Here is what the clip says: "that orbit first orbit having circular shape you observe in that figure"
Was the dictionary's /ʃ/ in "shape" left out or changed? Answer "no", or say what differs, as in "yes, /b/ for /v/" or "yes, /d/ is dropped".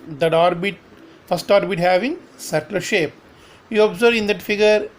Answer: no